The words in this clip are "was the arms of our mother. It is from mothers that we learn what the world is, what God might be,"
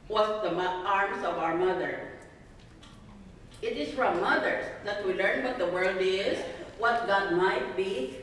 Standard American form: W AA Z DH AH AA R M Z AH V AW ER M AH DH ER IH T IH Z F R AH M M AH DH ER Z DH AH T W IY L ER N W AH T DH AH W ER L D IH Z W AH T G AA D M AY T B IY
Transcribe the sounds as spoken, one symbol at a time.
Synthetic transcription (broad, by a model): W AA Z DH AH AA R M S AH V AW ER M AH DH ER IH T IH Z F R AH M M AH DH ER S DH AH T W IY L ER N W AH T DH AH W ER L D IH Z W AH T G AA D M AY T B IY